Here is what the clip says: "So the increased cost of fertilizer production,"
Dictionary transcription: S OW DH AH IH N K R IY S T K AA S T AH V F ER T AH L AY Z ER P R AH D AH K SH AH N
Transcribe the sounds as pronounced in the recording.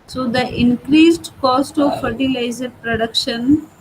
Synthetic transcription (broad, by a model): S OW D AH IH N K R IY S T K AA S T AH V F ER T AH L AY Z ER P R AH D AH K SH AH N